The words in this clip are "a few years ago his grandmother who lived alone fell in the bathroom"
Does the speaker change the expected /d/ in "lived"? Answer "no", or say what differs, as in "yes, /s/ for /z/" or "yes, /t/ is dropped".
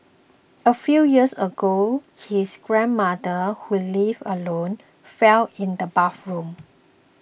yes, /d/ is dropped